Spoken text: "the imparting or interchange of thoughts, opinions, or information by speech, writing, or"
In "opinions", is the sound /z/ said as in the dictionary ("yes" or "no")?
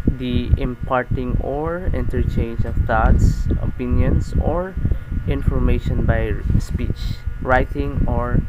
no